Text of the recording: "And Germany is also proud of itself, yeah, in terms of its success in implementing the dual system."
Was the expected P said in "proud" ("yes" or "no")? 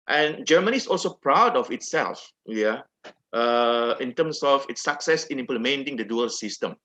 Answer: yes